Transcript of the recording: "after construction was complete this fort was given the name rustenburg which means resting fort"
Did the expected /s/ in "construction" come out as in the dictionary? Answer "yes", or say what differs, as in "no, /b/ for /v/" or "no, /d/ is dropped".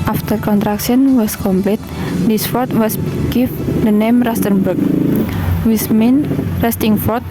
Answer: no, /s/ is dropped